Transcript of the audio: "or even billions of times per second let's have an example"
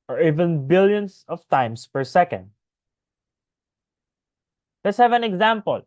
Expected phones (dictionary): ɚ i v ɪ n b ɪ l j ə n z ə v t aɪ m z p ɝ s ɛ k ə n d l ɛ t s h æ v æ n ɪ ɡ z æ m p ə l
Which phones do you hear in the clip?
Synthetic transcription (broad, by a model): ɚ i v ɪ n b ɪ l j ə n s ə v t aɪ m s p ɝ s ɛ k ə n d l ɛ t s h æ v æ n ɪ ɡ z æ m p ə l